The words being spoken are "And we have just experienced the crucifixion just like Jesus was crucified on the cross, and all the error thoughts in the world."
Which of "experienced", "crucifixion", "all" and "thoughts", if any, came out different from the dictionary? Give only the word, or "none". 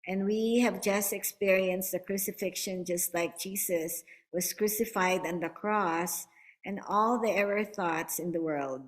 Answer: none